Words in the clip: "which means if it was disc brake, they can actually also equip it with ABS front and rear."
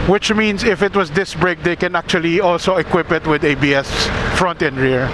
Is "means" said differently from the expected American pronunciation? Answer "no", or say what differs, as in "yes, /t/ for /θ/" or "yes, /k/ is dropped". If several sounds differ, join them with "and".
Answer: yes, /s/ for /z/